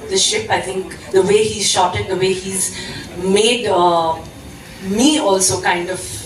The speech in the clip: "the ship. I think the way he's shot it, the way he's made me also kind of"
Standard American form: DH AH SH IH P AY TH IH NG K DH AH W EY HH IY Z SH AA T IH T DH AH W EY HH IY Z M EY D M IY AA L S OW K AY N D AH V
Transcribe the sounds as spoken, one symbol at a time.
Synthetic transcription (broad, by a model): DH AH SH IH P AY T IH NG K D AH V EY HH IY Z SH AA T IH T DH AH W EY HH IY Z M EY D M IY AA L S OW K AY N D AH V